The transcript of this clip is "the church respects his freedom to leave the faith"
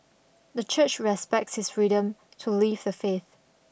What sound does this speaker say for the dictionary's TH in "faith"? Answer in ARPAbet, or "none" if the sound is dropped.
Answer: TH